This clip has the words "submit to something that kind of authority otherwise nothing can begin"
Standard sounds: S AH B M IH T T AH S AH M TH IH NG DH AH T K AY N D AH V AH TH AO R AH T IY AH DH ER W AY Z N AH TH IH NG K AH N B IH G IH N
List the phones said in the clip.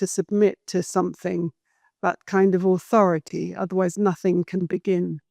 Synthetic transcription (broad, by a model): S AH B M IH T T AH S AH M TH IH NG DH AH T K AY N D AH V AH TH AO R AH T IY AH DH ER W AY Z N AH TH IH NG K AH N B IH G IH N